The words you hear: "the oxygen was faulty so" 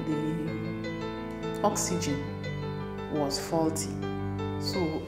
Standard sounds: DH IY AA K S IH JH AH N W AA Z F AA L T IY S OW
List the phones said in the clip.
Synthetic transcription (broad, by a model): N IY AA K S IH JH AH N W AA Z F AA L T IY S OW